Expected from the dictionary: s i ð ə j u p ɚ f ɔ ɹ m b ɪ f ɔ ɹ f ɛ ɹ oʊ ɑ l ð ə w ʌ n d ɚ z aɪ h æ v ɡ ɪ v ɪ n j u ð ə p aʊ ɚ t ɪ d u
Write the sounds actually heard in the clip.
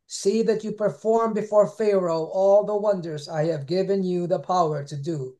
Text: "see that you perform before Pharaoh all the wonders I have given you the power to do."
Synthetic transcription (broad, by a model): s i ð ə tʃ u p ɚ f ɔ ɹ m b ɪ f ɔ ɹ f ɛ ɹ oʊ ɑ l ð ə w ʌ n d ɚ z aɪ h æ v ɡ ɪ v ɪ n j u ð ə p aʊ ɚ t ɪ d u